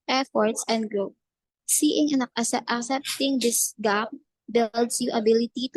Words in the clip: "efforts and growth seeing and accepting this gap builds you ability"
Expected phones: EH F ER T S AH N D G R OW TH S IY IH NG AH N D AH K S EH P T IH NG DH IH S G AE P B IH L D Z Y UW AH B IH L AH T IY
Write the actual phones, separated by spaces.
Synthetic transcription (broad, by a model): EH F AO T S AH N D G R OW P S IY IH NG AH N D AH K S EH P T IH NG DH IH S G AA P B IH L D S Y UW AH B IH L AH T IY